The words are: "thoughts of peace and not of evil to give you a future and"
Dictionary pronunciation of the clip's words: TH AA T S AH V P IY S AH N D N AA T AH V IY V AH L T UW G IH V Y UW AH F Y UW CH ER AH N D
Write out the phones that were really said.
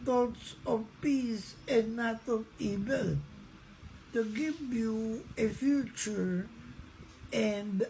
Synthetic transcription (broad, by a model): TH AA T S AH V P IY S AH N N AA T AH V IY V AH L T UW G IH V Y UW AH F Y UW CH ER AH N D